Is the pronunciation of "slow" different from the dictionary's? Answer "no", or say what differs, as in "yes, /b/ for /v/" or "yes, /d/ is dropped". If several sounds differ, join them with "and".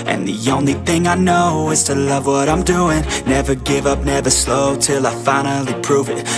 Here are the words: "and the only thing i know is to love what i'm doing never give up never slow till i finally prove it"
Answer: no